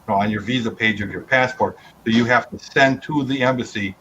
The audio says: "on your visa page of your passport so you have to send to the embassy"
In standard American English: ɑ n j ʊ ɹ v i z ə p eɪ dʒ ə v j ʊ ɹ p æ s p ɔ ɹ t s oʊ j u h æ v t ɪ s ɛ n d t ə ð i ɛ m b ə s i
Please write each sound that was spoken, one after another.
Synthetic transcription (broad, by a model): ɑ n j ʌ ɹ v i z ə p eɪ dʒ ə v j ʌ ɹ p æ s p ɔ ɹ t s oʊ j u h æ f t ɪ s ɛ n t ə ð i ɛ m b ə s i